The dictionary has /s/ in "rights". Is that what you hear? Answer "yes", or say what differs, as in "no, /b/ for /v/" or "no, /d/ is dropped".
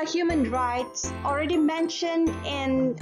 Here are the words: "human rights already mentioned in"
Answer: yes